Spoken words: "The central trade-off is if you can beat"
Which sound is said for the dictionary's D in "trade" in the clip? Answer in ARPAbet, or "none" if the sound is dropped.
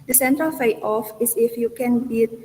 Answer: none